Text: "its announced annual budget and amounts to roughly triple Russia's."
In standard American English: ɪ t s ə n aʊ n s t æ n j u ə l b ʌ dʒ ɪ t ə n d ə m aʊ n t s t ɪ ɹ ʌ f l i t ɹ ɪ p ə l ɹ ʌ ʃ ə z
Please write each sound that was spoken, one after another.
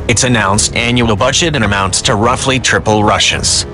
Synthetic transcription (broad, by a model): ɪ t s ə n aʊ n s t æ n j u ə l b ʌ dʒ ɪ t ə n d ə m aʊ n t s t ɪ ɹ ʌ f l i t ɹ ɪ p l ɹ ʌ ʃ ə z